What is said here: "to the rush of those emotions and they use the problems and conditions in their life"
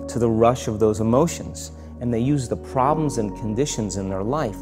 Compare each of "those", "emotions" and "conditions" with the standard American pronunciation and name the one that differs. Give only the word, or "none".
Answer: none